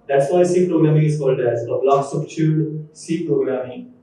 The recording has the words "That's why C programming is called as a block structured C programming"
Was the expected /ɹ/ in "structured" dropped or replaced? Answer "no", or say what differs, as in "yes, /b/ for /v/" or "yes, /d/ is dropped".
yes, /ɹ/ is dropped